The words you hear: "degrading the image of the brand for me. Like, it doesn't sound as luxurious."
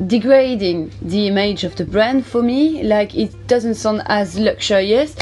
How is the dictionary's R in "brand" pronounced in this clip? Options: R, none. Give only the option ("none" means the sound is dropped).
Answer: R